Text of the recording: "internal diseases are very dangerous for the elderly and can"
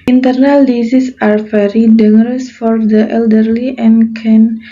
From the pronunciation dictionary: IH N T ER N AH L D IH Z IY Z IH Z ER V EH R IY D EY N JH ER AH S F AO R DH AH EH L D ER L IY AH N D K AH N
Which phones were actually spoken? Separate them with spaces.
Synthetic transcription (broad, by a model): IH N T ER N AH L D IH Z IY S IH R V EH R IY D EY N ER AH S F AO R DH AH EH L D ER L IY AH N K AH N